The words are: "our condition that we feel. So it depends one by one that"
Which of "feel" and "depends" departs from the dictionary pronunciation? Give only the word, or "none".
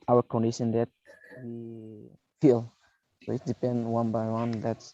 depends